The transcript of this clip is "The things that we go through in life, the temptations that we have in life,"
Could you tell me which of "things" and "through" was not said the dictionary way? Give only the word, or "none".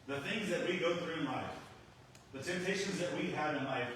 none